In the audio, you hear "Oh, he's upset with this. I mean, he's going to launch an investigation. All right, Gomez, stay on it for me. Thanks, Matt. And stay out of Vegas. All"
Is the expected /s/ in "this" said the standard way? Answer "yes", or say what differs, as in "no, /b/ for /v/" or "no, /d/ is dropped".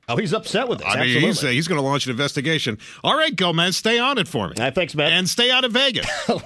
no, /s/ is dropped